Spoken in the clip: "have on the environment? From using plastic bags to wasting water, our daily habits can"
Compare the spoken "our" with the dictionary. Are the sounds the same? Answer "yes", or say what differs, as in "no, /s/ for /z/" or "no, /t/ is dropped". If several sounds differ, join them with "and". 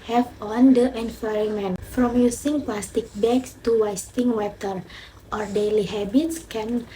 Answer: yes